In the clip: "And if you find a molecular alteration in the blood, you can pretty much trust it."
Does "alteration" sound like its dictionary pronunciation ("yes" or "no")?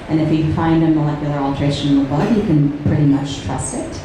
no